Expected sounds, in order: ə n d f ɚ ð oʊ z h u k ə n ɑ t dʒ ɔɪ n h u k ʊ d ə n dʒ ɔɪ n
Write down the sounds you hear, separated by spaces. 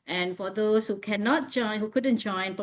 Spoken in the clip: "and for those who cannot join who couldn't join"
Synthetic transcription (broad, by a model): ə n f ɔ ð oʊ s h u k ə n ɑ t dʒ ɔɪ n h u k ʊ d ə n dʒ ɔɪ n